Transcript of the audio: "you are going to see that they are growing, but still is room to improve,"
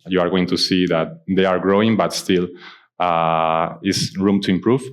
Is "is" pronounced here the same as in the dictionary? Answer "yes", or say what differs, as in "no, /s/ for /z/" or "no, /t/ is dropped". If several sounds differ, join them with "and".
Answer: no, /s/ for /z/